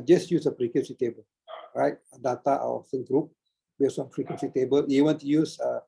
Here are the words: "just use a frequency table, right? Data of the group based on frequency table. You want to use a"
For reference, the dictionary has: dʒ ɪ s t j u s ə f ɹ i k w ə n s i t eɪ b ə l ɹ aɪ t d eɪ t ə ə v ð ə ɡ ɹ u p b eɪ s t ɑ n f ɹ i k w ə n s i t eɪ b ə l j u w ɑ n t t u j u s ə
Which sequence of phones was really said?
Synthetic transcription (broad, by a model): dʒ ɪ s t j u s ə p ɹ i k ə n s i t eɪ b ə l ɹ aɪ t d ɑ t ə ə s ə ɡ ɹ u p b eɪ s ɑ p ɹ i k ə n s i t eɪ b ə l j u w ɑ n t t u j u s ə